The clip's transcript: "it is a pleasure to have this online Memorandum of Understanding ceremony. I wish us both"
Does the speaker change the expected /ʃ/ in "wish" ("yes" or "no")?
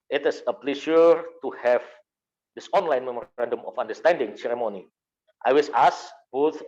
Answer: yes